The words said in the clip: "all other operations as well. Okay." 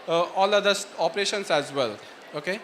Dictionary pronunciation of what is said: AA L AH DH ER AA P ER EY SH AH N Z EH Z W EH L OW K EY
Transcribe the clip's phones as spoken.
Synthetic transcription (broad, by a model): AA L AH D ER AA P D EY SH AH N S EH Z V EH L OW K EY